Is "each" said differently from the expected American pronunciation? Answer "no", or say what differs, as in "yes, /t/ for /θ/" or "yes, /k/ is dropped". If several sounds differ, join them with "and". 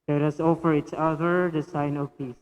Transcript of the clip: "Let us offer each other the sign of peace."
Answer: yes, /s/ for /tʃ/